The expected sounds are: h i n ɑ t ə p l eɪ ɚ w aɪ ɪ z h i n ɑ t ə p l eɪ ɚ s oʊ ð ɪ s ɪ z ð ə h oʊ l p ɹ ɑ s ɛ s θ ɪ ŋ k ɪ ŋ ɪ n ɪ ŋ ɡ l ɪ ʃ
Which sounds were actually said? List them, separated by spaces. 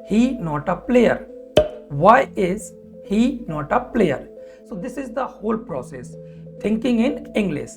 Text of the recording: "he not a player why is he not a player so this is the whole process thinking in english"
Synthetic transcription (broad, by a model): h i n ɑ t ə p l eɪ ɚ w aɪ ɪ z h i n ɑ t ə p l eɪ ɚ s oʊ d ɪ s ɪ z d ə h oʊ l p ɹ ɑ s ɛ s t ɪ ŋ k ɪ ŋ ɪ n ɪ ŋ ɡ l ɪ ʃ